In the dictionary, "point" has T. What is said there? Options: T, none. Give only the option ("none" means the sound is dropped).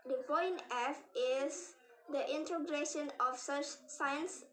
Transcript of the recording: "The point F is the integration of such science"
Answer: none